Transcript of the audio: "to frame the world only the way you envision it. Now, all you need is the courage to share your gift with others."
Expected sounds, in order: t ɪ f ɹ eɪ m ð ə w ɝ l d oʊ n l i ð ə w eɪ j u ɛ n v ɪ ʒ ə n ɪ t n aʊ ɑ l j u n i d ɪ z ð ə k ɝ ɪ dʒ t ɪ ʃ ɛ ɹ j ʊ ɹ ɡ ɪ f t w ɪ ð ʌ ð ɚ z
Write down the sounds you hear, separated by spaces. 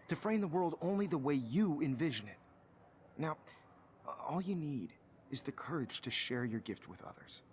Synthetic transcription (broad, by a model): t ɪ f ɹ eɪ m ð ə w ɝ l d oʊ n l i ð ə w eɪ j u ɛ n v ɪ ʒ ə n ɪ t n aʊ ɑ l j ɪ n i d ɪ z ð ə k ɝ ɪ dʒ t ɪ ʃ ɛ ɹ j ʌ ɹ ɡ ɪ f t w ɪ ð ʌ ð ɚ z